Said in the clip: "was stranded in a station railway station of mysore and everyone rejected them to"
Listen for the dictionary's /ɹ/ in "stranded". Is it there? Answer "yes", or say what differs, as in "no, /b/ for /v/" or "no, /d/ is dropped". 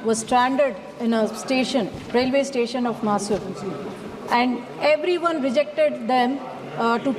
yes